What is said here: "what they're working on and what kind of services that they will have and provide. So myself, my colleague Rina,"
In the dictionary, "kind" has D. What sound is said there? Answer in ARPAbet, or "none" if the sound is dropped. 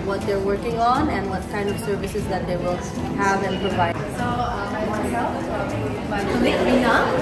D